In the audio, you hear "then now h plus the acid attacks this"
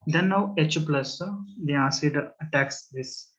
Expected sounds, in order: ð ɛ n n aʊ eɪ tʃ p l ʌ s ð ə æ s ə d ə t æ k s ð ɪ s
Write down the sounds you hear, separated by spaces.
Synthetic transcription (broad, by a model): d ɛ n n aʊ eɪ tʃ p l ʌ s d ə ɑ s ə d ə t æ k s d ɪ s